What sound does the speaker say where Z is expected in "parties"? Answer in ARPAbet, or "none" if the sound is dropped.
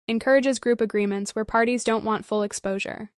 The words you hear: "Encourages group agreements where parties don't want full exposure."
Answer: Z